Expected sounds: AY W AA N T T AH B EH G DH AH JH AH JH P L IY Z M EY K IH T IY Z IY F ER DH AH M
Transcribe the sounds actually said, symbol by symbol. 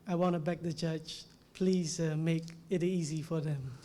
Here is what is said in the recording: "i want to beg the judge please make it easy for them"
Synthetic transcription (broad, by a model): AY W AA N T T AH B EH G DH AH CH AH CH P L IY Z M EY K IH T IY Z IY F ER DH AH M